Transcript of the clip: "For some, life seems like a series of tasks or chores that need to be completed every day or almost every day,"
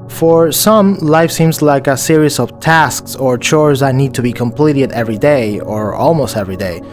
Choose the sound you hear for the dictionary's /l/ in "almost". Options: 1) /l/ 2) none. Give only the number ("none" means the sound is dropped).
1